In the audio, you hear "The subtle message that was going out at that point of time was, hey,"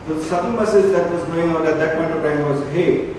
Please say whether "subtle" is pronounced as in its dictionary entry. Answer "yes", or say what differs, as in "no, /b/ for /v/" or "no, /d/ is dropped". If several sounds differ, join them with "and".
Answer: no, /s/ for /t/